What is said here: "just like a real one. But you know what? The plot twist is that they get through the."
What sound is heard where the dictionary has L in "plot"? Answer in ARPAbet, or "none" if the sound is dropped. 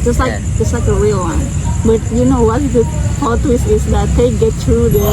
none